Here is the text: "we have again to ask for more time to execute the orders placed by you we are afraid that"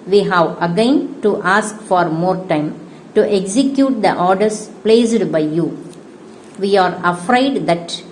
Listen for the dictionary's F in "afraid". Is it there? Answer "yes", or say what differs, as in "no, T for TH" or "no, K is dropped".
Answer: yes